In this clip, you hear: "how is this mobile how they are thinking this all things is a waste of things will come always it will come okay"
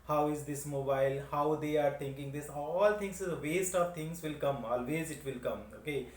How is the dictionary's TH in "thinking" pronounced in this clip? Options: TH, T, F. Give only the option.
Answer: T